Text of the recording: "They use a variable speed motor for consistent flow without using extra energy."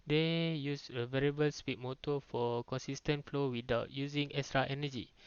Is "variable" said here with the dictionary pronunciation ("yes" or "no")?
yes